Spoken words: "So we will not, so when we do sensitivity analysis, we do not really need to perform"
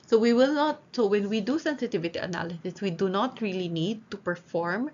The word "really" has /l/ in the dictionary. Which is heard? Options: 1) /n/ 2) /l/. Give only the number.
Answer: 2